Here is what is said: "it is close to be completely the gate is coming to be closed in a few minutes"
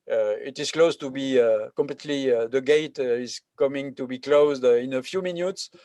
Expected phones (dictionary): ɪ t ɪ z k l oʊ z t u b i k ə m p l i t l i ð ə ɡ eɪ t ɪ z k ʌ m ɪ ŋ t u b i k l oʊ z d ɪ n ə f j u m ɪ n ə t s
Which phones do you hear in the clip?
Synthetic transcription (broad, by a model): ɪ t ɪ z k l oʊ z t u b i k ə m p l i t l i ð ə ɡ eɪ t ɪ z k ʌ m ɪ ŋ t u b i k l oʊ z d ɪ n ə f j u m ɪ n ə t s